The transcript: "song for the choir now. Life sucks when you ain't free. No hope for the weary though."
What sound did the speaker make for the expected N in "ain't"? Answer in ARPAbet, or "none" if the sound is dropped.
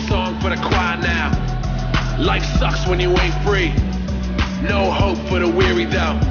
none